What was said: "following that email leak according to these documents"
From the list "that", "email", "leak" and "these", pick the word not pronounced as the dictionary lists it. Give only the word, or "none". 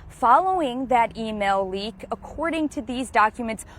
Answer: none